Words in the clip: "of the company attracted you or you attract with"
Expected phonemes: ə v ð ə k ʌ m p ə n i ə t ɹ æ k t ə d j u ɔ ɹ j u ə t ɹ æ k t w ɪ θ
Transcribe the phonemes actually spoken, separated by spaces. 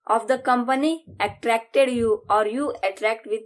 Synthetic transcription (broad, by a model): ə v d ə k ʌ m p ə n i ə t ɹ æ k t ə d j u ɔ ɹ j u ə t ɹ æ k t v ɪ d